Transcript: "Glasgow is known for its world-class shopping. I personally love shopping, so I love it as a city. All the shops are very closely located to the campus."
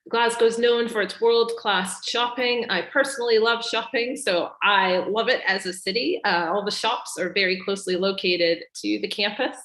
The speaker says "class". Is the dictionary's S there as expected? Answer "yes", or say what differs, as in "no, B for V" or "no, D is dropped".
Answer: yes